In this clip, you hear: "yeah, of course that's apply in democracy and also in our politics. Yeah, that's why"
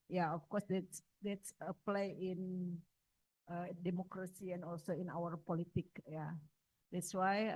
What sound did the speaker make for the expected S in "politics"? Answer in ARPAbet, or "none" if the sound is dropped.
none